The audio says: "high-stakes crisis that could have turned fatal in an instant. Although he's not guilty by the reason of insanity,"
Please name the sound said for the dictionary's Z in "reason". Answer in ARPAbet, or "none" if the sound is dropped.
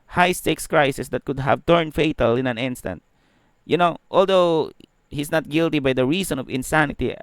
S